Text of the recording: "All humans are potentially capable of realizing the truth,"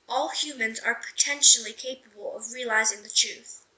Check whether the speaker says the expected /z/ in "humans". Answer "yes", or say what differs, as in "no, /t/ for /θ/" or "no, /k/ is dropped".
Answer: yes